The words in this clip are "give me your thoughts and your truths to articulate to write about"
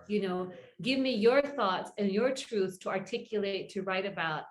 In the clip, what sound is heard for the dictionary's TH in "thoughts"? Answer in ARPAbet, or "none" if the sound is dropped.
TH